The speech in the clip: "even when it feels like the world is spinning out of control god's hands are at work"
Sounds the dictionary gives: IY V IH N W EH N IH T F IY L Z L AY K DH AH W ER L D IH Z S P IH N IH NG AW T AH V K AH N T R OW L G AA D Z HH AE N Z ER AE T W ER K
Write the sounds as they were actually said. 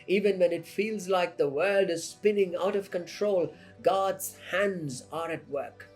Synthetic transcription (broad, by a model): IY V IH N W EH N IH T F IY L Z L AY K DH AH W ER L D IH Z S P IH N IH NG AW T AH V K AH N T R OW L G AA D Z HH AE N Z ER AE T W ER K